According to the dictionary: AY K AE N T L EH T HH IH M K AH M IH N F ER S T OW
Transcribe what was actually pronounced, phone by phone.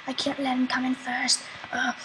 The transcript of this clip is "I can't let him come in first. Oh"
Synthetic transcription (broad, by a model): AY K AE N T L EH T HH IH M K AH M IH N F ER S T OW